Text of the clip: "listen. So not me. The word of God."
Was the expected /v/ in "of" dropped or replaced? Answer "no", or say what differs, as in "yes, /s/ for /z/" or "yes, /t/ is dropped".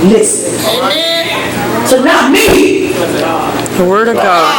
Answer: no